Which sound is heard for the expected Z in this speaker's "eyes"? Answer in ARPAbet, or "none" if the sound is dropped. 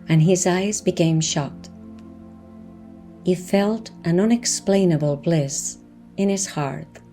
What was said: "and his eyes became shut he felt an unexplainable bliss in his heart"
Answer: Z